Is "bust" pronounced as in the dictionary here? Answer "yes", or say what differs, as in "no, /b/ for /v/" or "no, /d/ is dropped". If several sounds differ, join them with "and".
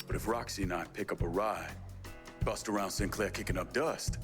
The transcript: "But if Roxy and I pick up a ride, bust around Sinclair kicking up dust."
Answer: yes